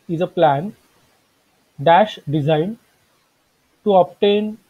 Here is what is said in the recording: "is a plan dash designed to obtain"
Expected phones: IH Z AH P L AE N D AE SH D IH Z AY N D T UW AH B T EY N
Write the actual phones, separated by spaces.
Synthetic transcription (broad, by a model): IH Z AH P L AE N D AE SH D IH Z AY N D T UW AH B T EY N